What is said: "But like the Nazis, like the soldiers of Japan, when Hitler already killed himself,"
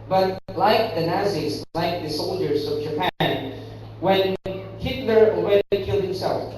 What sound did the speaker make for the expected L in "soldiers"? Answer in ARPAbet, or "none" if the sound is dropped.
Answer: L